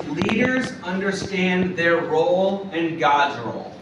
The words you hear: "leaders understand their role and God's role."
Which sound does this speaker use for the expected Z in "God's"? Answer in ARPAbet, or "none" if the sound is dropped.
Z